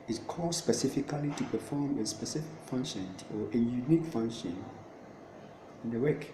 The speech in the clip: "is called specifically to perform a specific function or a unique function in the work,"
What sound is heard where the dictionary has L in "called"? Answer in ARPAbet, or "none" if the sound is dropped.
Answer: none